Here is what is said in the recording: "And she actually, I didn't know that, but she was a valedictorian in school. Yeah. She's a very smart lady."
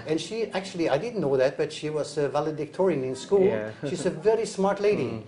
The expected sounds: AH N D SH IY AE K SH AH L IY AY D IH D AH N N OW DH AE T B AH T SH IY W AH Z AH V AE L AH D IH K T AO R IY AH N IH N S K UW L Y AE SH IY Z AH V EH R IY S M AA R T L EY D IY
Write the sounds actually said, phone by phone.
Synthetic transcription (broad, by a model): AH N SH IY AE K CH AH L IY AY D IH D N N OW DH AE T B AH T SH IY W AH Z AH V AE L AH D IH K T AO R IY AH N IH N S K UW L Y SH IY Z AH V EH R IY S M AA R T L EY D IY